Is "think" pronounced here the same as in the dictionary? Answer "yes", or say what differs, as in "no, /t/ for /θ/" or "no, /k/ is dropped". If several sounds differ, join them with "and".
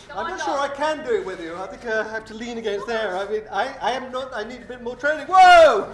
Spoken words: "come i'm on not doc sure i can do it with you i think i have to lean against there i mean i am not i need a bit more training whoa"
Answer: yes